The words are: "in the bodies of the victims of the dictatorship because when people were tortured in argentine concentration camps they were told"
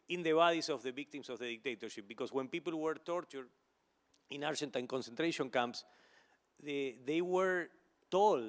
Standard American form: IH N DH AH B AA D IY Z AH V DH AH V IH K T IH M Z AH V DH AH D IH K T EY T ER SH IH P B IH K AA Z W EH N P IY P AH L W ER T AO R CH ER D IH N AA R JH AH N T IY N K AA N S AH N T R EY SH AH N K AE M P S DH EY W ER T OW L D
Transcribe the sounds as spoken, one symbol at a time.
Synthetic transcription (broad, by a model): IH N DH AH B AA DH IY S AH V DH AH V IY K T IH M S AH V DH AH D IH K T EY T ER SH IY P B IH K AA S W EH N P IY P AH L W ER T AO R CH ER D IH N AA R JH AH N T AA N K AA N S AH N T R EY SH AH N K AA M P S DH EY W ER T OW L